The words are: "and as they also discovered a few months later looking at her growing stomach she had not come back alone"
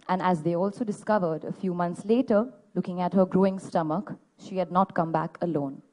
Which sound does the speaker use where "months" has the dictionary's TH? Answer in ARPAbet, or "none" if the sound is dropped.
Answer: T